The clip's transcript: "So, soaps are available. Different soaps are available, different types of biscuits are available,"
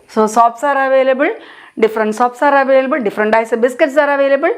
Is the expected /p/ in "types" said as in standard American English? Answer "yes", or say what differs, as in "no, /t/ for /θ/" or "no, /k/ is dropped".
no, /p/ is dropped